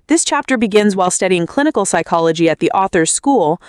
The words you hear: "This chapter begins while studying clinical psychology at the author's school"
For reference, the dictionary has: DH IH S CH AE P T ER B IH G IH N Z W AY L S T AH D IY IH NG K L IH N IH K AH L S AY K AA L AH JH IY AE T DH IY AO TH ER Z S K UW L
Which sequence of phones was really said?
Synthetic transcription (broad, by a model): DH IH S CH AE P T ER B IH G IH N Z W AY L S T AH D IY IH NG K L IH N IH K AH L S AY K AA L AH JH IY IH T DH IY AO TH ER Z S K UW L